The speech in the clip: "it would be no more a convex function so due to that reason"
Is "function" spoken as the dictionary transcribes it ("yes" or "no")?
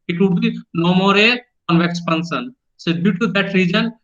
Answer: no